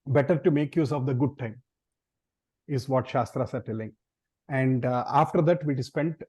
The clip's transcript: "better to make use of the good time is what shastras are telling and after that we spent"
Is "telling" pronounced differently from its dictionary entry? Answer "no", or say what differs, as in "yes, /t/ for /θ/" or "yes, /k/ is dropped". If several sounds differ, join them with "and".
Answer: no